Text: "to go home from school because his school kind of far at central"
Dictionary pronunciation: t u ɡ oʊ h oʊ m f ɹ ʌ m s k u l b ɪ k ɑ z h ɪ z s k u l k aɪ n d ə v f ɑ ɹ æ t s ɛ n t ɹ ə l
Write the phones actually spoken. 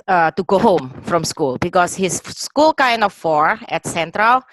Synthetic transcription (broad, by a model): t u ɡ oʊ h oʊ m f ɹ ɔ m s k u l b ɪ k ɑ s h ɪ s k u l k aɪ n d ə f ɑ ɹ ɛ t s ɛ n t ɹ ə l